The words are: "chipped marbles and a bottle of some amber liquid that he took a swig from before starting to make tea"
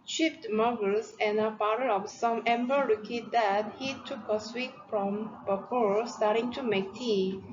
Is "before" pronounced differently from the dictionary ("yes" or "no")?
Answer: yes